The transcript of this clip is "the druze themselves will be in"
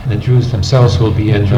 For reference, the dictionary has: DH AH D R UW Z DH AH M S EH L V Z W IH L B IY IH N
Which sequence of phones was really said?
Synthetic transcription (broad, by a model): DH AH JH UW Z DH AH M S EH L V Z W IH L B IY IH N